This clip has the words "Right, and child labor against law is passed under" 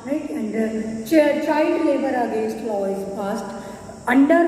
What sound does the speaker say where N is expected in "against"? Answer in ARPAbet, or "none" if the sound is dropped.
none